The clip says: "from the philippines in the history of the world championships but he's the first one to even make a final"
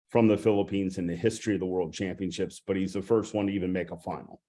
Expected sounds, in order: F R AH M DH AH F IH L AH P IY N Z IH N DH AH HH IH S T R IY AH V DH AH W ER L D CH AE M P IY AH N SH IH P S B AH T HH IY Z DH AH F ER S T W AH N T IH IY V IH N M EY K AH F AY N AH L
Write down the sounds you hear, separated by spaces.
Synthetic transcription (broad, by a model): F R AH M DH AH F IH L AH P IY N Z IH N DH AH HH IH S T R IY AH V DH AH W ER L D CH AE M P IY AH N SH IH P S B AH T HH IY Z DH AH F ER S T W AH N T IH IY V IH N M EY K AH F AY N L